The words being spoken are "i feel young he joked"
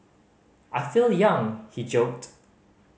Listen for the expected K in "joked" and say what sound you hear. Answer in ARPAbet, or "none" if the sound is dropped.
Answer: K